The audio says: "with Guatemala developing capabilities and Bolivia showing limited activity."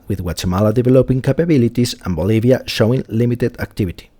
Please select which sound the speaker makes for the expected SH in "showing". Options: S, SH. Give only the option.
SH